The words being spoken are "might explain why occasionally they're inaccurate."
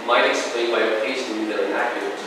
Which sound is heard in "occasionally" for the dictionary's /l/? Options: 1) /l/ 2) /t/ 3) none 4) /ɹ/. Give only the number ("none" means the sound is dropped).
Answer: 3